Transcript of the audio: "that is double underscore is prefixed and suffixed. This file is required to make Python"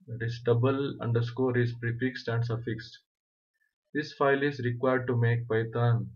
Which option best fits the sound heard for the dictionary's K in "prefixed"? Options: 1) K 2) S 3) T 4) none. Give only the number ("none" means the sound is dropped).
1